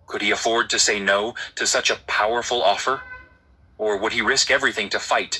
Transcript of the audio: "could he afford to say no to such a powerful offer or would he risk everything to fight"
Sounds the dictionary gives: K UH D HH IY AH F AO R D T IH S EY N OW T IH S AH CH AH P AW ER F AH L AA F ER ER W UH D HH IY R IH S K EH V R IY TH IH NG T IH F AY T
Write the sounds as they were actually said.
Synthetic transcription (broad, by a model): K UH D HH IY AH F AO R D T IH S EY N OW T IH S AH CH AH P AW ER F L AA F ER ER W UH D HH IY R IH S K EH V R IY TH IH NG T IH F AY T